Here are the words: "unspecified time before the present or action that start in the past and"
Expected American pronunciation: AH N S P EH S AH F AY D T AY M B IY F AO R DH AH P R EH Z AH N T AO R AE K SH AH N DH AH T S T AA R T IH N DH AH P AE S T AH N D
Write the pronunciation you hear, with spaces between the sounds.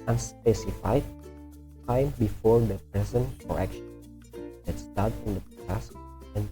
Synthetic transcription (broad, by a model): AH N S P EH S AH F AY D T AY M B IY F AO R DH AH P R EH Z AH N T AO R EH K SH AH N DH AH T S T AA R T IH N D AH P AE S AH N